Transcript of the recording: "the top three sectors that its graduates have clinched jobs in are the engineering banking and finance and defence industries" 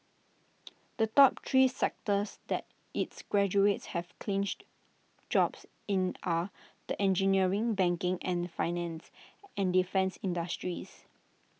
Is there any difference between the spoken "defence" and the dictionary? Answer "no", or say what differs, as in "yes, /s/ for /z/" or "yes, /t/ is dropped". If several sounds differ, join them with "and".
no